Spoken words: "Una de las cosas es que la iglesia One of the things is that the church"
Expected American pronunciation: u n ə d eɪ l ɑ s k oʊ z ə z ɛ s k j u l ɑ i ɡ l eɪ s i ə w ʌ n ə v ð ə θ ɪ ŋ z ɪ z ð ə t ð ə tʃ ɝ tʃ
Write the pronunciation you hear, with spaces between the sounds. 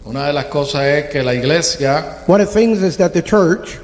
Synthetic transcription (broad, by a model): u n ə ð eɪ l ɑ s k oʊ s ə s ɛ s k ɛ l ɑ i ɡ l eɪ s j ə w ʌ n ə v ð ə θ ɪ ŋ z ɪ z ð ə t ð ə tʃ ɝ tʃ